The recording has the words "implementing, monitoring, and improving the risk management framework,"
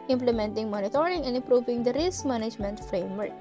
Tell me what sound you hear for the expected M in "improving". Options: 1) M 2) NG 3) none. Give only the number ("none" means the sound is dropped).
3